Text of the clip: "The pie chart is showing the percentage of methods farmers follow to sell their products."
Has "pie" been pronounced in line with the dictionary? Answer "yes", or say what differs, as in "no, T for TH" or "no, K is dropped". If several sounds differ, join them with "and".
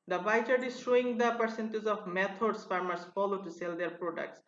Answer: no, B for P